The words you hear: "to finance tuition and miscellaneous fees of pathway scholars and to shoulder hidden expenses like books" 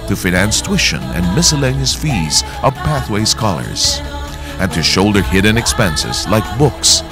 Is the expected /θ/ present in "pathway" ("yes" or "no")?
yes